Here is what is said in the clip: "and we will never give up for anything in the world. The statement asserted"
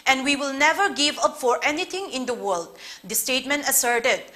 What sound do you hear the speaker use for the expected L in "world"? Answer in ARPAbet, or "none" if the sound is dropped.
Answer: L